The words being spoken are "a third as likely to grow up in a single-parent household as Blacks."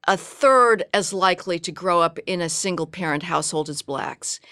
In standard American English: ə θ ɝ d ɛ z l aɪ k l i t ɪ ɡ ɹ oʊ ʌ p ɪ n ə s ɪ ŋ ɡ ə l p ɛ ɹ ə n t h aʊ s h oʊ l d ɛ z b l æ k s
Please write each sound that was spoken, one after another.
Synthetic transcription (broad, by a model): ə θ ɝ d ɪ z l aɪ k l i t ɪ ɡ ɹ oʊ ʌ p ɪ n ə s ɪ ŋ ɡ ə l p ɛ ɹ ə n t h aʊ s h oʊ l d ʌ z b l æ k s